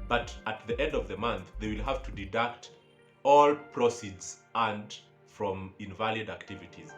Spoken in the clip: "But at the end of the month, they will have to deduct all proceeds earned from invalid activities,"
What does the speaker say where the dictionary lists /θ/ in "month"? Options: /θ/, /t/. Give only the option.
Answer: /θ/